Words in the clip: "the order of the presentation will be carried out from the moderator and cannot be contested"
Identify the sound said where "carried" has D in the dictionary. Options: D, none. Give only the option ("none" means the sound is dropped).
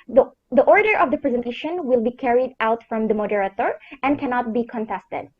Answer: D